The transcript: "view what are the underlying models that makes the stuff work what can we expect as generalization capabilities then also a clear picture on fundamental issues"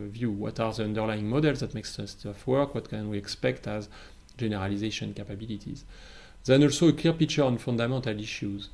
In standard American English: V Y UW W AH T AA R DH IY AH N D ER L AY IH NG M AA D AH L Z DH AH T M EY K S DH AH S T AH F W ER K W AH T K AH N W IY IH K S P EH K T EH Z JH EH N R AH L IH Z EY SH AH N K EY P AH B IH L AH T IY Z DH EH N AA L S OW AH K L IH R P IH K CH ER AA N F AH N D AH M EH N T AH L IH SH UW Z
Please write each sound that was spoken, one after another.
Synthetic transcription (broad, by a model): V Y UW W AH T AA R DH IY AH N D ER L AY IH NG M AA D AH L Z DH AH T M EY K S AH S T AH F W ER K W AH T K AH N W IY IH K S P EH K T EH Z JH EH N R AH L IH Z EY SH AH N K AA P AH B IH L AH T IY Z DH EH N AA L S OW AH K L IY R P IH K CH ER AA N F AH N D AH M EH N T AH L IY SH UW Z